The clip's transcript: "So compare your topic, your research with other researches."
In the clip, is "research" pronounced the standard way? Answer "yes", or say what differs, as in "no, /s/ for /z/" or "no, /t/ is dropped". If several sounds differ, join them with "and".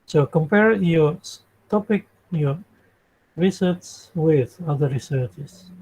no, /s/ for /tʃ/